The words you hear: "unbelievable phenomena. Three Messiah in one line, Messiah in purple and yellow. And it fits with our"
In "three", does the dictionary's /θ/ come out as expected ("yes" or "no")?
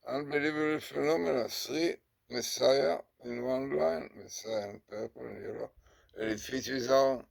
no